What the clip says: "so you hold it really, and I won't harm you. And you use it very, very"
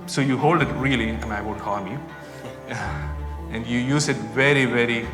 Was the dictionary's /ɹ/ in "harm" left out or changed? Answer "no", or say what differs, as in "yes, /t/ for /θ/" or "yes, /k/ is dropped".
yes, /l/ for /ɹ/